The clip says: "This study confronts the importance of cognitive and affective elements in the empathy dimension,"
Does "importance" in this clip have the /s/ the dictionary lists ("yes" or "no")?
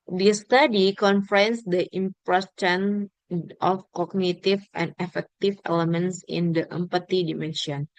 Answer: no